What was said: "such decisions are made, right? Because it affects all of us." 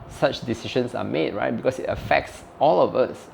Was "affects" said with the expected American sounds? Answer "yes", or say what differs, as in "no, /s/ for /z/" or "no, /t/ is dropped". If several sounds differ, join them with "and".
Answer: yes